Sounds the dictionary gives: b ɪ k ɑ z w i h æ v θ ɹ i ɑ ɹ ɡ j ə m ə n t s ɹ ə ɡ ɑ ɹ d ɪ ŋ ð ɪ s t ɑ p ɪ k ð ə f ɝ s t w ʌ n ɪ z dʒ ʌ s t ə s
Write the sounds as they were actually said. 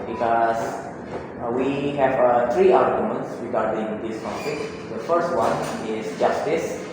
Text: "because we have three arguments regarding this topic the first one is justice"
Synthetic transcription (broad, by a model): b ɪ k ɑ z w i h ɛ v t ɹ i ɑ l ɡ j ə m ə n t s ɹ ə ɡ ɑ ɹ d ɪ ŋ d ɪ s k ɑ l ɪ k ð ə f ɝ s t w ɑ n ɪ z dʒ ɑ s t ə s